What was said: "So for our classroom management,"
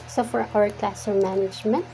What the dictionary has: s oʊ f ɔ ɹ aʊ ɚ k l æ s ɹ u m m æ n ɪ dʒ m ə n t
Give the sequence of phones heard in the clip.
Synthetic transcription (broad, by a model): s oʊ f ɔ ɹ aʊ ɚ k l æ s ɔ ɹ m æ n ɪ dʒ m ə n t